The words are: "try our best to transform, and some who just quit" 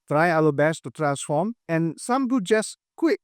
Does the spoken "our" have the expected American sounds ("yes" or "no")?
no